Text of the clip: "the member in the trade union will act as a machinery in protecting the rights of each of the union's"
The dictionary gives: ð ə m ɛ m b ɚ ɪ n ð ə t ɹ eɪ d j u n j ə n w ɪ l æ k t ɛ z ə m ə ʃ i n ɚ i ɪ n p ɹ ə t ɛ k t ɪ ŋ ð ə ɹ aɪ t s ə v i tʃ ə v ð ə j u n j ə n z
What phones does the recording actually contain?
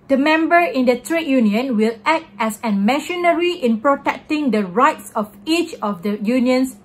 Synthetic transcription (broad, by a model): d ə m ɛ m b ɚ ɪ n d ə t ɹ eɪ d j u n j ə n w ɪ l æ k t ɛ s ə m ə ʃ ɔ n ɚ i ɪ n p ɹ ə t ɛ k t ɪ ŋ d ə ɹ aɪ t s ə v i tʃ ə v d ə j u n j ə n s